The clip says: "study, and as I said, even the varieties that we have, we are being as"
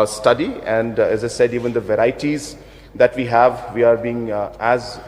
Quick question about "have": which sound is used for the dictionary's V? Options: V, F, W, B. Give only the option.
V